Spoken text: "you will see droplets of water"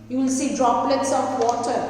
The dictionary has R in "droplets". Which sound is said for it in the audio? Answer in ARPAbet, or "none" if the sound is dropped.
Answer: R